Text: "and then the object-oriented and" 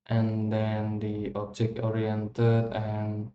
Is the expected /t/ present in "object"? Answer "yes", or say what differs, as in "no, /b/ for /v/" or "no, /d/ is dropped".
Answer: no, /t/ is dropped